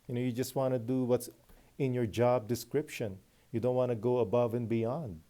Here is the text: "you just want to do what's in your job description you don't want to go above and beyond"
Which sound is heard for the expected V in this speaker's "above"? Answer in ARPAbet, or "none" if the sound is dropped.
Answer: V